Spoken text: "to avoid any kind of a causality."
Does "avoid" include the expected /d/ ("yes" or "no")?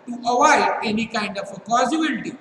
no